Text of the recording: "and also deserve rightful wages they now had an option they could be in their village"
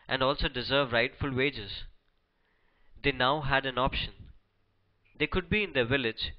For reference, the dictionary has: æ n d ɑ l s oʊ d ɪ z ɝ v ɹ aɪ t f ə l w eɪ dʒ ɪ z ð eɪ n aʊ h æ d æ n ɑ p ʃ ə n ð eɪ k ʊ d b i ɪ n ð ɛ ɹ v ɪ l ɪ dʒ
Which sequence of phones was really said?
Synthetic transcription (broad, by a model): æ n d ɑ l s oʊ d ɪ z ɝ v ɹ aɪ t f ə l w eɪ dʒ ɪ z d eɪ n aʊ h æ d æ n ɑ p ʃ ə n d eɪ k ʊ d b i ɪ n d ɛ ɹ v ɪ l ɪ dʒ